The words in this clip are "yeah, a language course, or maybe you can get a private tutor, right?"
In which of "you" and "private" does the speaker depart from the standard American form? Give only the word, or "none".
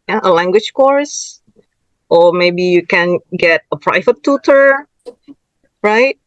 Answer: none